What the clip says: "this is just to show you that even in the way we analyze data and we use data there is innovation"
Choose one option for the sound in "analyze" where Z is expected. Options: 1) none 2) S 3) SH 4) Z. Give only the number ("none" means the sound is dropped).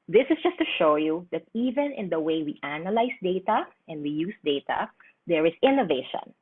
2